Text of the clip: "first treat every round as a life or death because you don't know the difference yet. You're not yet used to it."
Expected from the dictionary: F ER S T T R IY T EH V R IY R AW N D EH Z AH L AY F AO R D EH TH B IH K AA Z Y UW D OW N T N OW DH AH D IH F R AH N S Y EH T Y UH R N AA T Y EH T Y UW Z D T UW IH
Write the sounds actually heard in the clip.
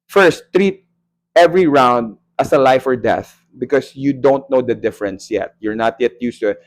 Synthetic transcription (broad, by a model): F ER S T T R IY T EH V R IY R AW N D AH S AH L AY F AO R D EH TH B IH K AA S Y UW D OW N T N OW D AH D IH F R AH N S Y EH T Y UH R N AA T Y EH T Y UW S T UW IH